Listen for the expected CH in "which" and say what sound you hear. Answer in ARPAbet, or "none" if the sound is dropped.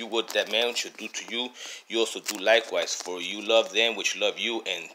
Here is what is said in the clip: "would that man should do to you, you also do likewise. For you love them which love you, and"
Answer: CH